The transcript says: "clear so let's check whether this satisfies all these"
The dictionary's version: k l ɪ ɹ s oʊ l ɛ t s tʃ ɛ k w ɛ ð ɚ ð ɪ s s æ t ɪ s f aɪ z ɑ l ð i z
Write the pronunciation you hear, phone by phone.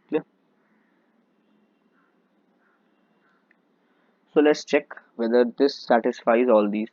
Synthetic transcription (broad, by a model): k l s oʊ l ɛ t s tʃ ɛ k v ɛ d ɚ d ɪ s s æ t ɪ s f aɪ z ɑ l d i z